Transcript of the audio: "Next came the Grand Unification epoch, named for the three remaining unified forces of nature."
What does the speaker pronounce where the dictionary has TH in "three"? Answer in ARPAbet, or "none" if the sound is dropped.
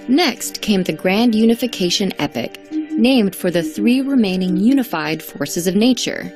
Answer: TH